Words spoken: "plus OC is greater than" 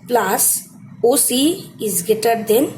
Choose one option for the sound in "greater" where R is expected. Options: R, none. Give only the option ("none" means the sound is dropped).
none